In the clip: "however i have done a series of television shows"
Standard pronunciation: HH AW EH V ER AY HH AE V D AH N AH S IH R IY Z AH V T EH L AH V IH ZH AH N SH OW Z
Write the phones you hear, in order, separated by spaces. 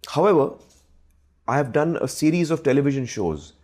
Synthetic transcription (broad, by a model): HH AW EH V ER AY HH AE V D AH N AH S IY R IY Z AH V T EH L AH V IH ZH AH N SH OW Z